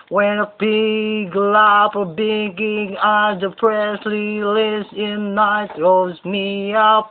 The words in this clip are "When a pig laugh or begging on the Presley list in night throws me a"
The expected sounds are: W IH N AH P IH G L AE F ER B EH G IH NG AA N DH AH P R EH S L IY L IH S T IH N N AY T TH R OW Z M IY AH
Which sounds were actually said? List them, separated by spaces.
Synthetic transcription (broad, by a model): W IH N AH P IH G L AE P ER B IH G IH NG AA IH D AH P R EH S L IY L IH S IH N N AY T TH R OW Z M IY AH